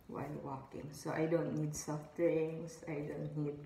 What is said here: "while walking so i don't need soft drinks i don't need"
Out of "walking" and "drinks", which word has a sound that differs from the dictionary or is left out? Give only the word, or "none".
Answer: drinks